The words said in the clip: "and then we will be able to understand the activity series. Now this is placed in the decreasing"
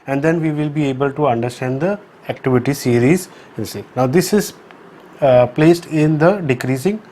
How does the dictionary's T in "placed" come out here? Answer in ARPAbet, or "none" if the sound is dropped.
T